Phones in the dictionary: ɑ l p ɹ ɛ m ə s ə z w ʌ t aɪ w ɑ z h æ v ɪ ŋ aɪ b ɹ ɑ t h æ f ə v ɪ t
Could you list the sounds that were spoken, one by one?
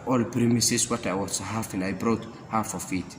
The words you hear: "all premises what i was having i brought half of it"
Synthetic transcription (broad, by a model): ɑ l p ɹ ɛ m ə s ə s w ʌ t aɪ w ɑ s h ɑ f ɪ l aɪ b ɹ ɑ t h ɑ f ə f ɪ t